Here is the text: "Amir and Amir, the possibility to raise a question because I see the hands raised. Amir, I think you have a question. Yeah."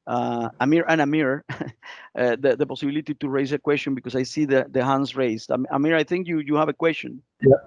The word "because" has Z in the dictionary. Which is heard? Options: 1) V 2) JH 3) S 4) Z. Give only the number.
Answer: 3